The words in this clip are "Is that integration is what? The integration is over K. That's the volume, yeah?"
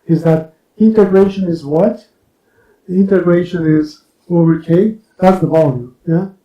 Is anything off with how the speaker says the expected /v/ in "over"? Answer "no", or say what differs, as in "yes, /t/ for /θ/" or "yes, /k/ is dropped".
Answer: yes, /v/ is dropped